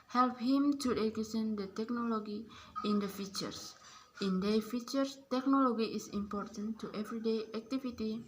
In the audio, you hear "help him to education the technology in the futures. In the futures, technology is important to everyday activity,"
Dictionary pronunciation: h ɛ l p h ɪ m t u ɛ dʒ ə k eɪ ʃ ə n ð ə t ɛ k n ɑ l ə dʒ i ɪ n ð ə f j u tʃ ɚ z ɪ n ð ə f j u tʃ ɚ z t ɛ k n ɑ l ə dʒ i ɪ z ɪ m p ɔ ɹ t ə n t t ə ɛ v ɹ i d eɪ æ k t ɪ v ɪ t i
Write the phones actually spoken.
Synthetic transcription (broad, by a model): h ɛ l p h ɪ m t u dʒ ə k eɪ s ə n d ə t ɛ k n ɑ l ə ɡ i ɪ n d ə f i tʃ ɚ s ɪ n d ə f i tʃ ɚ s t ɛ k n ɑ l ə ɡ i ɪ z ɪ m p ɔ ɹ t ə n t t ɛ v ɹ i d eɪ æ k t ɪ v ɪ t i